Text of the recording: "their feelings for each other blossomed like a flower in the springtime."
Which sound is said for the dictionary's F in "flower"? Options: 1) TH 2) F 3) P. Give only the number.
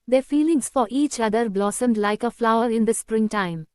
2